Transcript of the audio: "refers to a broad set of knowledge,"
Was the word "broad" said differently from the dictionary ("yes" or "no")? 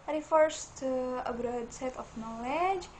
no